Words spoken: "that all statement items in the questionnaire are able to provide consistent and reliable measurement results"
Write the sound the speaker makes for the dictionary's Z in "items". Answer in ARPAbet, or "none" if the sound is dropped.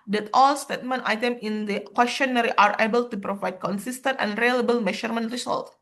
none